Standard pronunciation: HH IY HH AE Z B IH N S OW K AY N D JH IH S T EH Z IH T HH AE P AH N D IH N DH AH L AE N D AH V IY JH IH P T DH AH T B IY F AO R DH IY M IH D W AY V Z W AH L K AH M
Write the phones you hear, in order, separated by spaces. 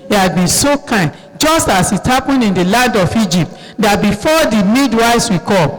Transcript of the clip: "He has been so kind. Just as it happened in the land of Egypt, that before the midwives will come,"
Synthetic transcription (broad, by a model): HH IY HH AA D B IH N S OW K AY N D JH IH S T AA S IH T HH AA P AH N D IH N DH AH L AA N D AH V IY JH IH P T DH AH T B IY F AO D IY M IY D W AY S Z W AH K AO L